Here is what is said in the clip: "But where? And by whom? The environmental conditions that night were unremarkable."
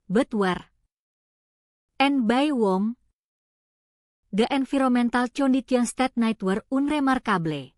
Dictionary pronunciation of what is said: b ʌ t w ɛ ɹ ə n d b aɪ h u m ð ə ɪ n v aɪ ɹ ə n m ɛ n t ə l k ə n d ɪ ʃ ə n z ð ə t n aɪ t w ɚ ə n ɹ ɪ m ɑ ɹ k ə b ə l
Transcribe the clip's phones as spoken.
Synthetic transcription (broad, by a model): b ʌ t w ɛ ɹ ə n b aɪ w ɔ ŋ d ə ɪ n f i ɹ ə m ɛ n t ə l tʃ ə n d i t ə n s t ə t n aɪ t w ɚ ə n ɹ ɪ m ɑ ɹ k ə b l